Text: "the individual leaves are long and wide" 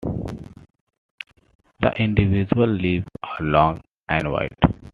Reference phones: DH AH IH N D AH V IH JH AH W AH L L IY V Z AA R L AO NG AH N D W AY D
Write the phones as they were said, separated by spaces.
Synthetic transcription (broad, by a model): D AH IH N D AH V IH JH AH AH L L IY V AA R L AO NG AH N D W AY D